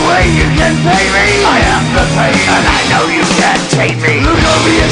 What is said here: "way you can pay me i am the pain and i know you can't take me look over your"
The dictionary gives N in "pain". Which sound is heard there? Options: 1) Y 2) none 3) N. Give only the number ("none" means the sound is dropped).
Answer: 2